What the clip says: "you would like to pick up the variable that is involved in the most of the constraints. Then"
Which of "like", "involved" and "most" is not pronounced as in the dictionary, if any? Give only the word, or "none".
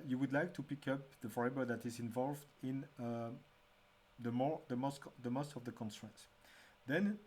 none